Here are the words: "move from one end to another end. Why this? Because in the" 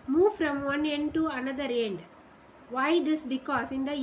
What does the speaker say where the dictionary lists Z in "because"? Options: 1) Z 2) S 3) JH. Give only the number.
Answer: 2